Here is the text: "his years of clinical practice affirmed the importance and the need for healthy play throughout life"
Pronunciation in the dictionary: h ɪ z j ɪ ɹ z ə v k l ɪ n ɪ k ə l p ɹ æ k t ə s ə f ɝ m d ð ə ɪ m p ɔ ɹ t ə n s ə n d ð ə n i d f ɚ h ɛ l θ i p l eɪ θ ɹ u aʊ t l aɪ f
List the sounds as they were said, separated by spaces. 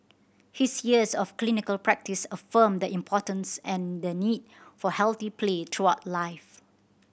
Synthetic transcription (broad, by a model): h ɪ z j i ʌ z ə f k l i n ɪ k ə l p ɹ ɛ k t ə s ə f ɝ m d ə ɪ m p ɔ t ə n s ə n d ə n i d f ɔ h ɛ l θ i p l eɪ t ɹ u aʊ t l aɪ f